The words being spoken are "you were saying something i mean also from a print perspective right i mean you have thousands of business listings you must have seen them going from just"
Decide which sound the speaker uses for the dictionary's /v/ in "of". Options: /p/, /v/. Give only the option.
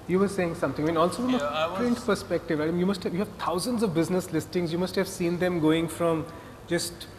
/v/